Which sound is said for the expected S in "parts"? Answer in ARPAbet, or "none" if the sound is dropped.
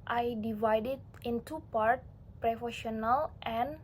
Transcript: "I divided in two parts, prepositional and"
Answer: none